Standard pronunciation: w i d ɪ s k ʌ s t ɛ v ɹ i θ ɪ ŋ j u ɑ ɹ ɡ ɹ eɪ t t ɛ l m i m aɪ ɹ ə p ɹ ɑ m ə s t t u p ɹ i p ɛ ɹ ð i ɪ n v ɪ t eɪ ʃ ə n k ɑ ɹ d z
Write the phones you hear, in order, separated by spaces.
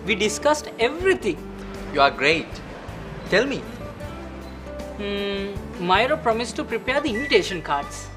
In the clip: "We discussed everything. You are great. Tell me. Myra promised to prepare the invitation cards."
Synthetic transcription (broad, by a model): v i d ɪ s k ʌ s t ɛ v ɹ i t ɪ ŋ j u ɑ ɹ ɡ ɹ eɪ t t ɛ l m i m aɪ ɹ ə p ɹ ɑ m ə s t t u p ɹ i p ɛ ɹ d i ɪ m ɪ t eɪ ʃ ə n k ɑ ɹ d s